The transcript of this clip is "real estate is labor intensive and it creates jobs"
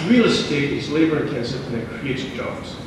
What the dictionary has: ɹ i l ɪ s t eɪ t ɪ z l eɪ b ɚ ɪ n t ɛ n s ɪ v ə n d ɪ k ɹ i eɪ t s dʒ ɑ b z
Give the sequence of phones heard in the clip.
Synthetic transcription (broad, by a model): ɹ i l ɪ s t eɪ t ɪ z l eɪ b ɚ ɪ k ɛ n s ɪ ə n ɪ k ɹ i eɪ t dʒ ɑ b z